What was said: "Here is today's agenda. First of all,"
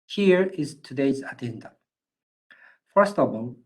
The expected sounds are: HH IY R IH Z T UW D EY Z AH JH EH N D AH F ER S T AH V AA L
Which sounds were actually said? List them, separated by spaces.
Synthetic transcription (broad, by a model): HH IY R IH Z T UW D EY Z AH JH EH N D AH F ER S T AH B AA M